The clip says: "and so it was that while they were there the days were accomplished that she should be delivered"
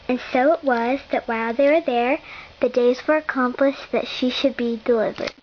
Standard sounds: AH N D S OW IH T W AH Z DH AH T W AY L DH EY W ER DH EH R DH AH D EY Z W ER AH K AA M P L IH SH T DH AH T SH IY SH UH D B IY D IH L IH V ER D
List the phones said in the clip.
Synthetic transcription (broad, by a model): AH N S OW IH T W AH Z DH AH T W AY L DH EY W ER DH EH R DH AH D EY Z W ER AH K AA M P L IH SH DH AH T SH IY SH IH D B IY D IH L IH V ER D